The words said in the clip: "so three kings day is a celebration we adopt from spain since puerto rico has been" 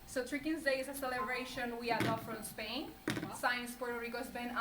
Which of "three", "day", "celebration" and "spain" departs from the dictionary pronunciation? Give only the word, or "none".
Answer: three